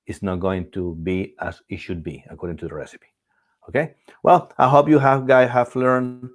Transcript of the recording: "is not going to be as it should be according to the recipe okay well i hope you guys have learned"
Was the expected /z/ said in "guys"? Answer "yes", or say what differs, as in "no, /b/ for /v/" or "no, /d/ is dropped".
no, /z/ is dropped